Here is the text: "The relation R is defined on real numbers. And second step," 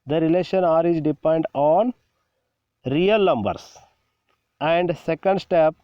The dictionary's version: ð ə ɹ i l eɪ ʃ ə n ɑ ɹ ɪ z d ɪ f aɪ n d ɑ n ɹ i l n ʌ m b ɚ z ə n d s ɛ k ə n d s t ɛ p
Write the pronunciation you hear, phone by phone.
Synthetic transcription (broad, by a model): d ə ɹ i l eɪ ʃ ə n ɑ ɹ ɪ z d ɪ p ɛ n d ɑ n ɹ i l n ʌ m b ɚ s ə n d s ɛ k ə n d s t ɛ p